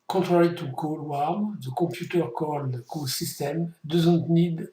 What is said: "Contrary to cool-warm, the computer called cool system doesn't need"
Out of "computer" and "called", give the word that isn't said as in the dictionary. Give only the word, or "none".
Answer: computer